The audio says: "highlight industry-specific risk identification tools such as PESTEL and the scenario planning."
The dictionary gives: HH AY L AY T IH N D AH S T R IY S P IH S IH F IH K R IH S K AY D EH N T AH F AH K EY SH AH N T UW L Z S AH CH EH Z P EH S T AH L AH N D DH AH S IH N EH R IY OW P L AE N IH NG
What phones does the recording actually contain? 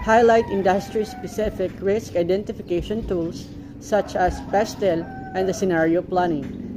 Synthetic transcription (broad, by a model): HH AY L AY T IH N D AH S T R IY S P IH S IH F IH K R IH S K AY D EH N T AH F AH K EY SH AH N T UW L S AH CH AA S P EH S T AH L AH N D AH S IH N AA R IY OW P L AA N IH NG